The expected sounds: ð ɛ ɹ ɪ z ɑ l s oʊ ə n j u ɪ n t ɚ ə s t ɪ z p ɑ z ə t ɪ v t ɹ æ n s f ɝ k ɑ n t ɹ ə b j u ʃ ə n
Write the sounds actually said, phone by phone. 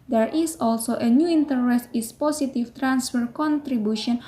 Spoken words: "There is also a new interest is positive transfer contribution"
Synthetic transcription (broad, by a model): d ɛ ɹ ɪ s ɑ l s oʊ ə n j u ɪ n t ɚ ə s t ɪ s p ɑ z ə t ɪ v t ɹ æ n s f ɝ k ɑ n t ɹ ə b j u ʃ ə n